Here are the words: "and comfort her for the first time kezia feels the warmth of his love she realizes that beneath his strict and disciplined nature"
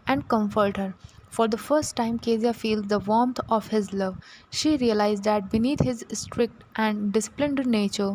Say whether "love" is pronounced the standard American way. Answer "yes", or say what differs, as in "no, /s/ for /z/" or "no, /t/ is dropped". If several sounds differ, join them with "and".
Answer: yes